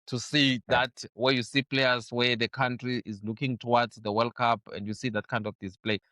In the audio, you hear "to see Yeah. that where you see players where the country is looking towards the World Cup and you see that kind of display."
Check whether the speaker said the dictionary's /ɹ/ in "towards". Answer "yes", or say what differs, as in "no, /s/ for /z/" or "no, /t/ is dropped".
no, /w/ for /ɹ/